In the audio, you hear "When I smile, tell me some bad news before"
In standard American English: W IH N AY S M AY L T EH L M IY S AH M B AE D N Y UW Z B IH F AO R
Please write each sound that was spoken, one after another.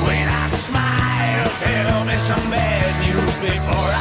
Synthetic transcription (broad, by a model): W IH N AY S M AY L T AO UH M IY S AH M B AE D N Y UW Z B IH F AO R